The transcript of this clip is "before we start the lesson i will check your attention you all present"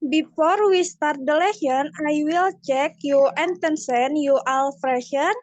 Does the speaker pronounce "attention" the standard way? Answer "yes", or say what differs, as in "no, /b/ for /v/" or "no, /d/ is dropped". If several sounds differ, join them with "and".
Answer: no, /s/ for /ʃ/